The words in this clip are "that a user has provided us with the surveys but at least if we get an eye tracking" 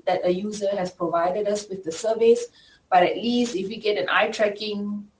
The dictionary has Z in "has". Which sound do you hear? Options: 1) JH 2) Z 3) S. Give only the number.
3